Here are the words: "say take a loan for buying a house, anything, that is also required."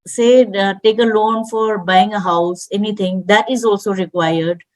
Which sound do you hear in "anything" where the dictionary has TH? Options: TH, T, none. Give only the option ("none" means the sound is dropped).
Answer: T